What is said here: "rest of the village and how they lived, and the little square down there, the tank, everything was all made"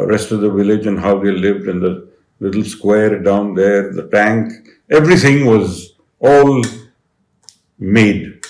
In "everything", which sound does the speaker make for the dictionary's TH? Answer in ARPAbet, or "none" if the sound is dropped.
T